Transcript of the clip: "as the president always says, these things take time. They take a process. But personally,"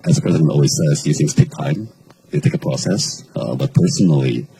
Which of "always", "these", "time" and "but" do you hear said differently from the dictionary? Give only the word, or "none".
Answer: these